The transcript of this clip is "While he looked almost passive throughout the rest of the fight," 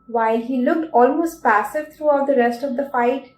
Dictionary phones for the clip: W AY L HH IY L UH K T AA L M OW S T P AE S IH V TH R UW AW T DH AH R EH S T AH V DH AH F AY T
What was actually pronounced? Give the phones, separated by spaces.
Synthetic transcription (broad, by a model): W AY L HH IY L UH K T AA L M OW S T P AE S IH V T R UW AW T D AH R EH S T AH V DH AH F AY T